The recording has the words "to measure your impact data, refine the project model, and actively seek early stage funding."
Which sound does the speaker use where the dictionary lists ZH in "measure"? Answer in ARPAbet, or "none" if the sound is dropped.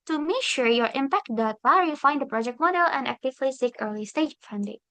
SH